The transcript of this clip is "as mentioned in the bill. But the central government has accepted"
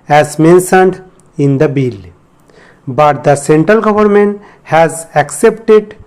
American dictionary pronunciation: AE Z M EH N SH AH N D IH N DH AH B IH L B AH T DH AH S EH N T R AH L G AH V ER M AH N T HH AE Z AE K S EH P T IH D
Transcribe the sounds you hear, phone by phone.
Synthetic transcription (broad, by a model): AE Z M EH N S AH N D IH N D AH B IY L B AH T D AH S EH N T R AH L G AH V ER M AH N T HH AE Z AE K S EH P T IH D